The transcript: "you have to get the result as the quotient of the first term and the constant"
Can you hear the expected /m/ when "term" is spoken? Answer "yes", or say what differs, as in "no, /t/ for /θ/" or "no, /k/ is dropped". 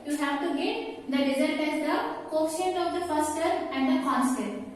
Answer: no, /m/ is dropped